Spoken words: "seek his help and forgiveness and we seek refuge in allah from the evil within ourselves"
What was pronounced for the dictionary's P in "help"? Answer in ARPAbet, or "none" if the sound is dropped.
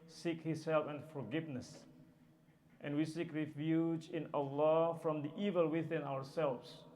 F